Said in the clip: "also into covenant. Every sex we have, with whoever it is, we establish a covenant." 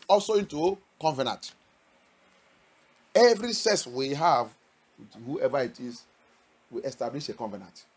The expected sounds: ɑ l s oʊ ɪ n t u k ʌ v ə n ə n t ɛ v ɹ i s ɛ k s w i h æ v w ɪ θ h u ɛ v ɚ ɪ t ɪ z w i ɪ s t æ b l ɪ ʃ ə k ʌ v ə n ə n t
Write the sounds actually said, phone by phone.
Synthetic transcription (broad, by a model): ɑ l s oʊ ɪ n t u k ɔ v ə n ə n t ɛ v ɹ i s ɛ s w i h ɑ v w h u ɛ v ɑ ɪ t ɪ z w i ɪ s t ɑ b l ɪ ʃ ə k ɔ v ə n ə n t